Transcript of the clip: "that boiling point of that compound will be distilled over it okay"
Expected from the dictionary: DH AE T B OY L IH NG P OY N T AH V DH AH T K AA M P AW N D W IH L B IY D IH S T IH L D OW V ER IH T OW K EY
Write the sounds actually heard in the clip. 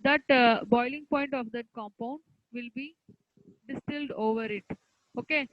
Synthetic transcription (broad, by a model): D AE T B OY L IH NG P OY N T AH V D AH T K AA M P AW N D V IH L B IY D IH S T IH L D OW V ER IH T OW K EY